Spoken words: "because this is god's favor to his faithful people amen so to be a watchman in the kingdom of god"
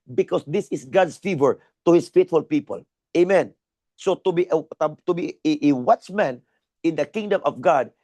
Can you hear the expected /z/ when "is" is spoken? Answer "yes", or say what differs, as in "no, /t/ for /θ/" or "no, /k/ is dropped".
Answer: no, /s/ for /z/